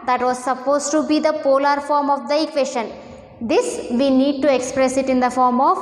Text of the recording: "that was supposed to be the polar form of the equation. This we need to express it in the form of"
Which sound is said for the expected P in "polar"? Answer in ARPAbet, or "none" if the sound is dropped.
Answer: P